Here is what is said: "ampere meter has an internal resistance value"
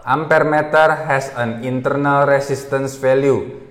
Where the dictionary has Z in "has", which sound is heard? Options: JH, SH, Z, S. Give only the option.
S